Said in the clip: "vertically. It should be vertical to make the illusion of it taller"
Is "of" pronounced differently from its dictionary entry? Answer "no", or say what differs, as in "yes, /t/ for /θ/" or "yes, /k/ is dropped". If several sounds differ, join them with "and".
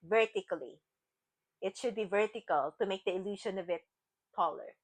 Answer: no